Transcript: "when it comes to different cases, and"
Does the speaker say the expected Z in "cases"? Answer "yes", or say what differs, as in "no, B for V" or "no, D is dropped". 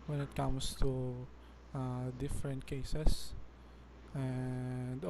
no, S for Z